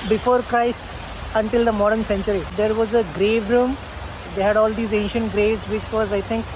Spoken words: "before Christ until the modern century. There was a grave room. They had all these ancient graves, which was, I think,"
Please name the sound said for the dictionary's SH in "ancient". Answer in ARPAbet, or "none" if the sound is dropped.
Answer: SH